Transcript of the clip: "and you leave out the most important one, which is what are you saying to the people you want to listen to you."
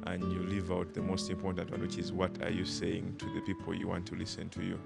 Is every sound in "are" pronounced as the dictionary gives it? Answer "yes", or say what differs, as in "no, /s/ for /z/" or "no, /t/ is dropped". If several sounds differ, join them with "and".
yes